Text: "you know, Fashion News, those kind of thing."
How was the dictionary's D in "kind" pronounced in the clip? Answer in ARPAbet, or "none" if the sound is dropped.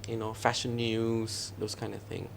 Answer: D